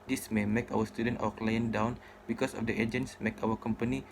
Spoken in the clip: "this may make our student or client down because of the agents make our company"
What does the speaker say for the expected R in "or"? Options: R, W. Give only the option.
W